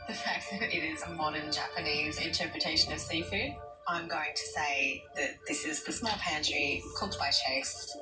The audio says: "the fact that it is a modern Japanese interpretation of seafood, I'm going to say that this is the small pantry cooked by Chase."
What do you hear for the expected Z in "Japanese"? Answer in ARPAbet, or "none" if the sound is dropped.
Z